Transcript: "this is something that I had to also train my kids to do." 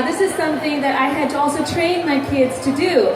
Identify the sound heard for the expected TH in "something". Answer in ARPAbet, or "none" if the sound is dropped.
TH